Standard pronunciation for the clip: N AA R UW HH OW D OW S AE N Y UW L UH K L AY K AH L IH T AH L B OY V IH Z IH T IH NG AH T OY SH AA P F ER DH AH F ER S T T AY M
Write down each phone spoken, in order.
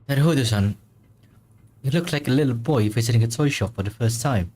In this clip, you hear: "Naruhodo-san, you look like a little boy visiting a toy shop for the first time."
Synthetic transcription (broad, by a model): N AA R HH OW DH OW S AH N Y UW L UH K L AY K AH L IH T L B OY F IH S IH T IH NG AH T OY SH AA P F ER DH AH F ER S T T AY M